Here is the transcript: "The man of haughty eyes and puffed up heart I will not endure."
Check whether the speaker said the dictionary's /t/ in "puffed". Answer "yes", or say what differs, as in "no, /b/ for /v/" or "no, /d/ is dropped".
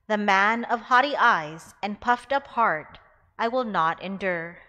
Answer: yes